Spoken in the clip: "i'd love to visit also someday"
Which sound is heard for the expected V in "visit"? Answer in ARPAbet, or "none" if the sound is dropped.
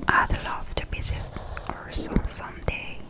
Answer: B